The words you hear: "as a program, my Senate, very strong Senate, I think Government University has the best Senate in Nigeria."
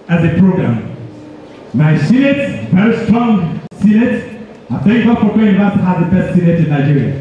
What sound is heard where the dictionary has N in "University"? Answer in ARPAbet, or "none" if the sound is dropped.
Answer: none